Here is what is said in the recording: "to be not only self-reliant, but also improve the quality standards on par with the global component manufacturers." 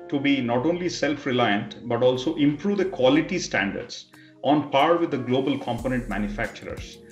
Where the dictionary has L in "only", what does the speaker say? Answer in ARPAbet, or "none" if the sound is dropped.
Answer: L